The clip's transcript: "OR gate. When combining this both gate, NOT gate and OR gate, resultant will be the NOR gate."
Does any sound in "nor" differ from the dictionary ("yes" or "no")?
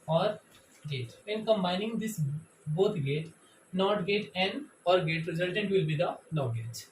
yes